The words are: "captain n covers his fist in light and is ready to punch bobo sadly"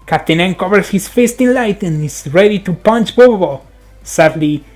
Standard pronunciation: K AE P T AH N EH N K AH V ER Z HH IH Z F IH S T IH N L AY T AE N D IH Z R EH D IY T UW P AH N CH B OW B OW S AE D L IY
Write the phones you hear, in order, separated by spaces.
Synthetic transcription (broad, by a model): K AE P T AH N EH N K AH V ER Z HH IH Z F IH S T IH N L AY T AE N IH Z R EH D IY T UW P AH N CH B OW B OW S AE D L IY